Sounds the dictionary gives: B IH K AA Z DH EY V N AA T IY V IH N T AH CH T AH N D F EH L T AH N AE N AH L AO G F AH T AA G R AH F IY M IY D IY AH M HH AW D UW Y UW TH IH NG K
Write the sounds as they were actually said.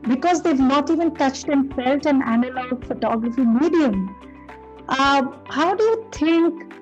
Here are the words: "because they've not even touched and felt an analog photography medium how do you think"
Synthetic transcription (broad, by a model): B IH K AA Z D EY V N AA T IY V IH N T AH CH T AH N F EH L T AH N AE N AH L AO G F AH T AA G R AH F IY M IY D IY AH M HH AW D UW Y UW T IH NG K